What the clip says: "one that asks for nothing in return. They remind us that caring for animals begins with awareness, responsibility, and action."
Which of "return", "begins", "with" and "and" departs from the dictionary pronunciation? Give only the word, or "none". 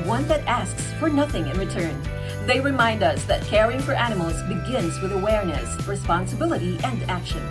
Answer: none